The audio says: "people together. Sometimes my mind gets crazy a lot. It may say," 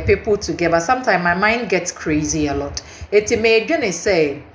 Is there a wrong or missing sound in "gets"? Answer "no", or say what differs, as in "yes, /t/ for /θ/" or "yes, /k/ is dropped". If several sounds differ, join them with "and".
no